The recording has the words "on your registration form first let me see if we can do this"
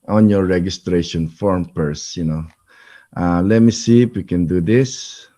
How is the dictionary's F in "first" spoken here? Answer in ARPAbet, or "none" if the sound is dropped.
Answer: P